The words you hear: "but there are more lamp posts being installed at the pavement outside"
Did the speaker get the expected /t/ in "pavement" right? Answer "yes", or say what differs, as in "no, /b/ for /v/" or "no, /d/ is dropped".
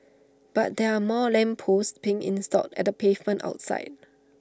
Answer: yes